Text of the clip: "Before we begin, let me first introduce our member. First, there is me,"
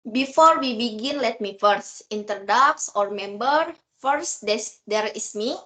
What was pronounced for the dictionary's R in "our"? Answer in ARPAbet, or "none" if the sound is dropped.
R